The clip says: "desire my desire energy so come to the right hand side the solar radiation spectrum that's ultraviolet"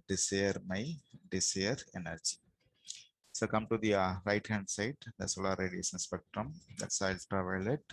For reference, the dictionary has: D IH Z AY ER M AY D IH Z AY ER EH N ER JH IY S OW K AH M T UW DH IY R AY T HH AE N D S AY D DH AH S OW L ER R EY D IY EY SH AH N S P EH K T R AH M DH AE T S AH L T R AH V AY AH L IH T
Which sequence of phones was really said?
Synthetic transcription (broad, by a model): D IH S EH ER M AY D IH S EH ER EH N ER JH IY S OW K AH M T UW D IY R AY T HH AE N D S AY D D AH S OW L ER R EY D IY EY S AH N S P EH K T R AH M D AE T S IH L T R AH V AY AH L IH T